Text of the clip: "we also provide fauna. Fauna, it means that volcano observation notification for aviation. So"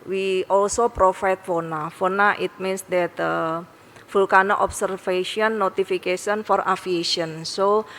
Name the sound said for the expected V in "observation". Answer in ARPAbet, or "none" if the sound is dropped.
F